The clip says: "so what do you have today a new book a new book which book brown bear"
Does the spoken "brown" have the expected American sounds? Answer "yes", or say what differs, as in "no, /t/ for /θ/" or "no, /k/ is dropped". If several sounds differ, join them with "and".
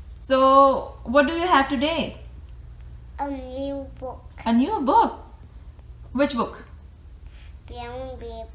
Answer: no, /ɹ/ is dropped